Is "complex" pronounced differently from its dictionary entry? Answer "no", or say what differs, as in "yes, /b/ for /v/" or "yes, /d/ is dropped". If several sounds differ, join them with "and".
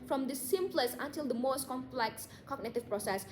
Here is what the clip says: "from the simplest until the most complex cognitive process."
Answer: no